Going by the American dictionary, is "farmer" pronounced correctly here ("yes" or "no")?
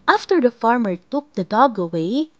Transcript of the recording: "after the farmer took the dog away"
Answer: yes